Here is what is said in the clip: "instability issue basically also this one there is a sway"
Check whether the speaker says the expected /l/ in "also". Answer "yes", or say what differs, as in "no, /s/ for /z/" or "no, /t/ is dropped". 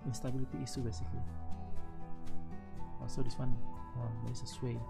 no, /l/ is dropped